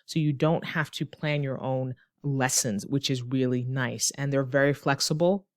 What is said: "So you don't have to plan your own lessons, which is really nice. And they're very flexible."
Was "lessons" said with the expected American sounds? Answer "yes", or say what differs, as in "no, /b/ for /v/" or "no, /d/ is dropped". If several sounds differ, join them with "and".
yes